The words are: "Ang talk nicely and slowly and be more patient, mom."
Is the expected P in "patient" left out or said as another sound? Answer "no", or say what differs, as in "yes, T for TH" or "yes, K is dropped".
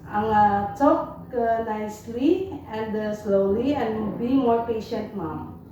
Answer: no